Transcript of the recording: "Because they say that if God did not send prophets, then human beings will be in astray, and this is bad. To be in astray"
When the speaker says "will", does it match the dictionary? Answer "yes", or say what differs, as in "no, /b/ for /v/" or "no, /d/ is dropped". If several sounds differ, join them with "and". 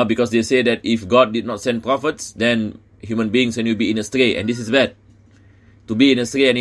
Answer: no, /w/ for /l/